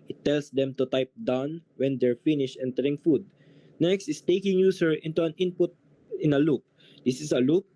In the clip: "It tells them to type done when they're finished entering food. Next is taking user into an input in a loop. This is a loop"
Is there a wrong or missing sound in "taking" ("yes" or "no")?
no